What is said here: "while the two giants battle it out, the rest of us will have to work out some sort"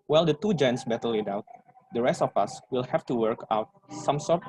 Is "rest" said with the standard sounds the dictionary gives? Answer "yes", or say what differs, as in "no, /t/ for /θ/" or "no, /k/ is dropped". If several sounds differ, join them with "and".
yes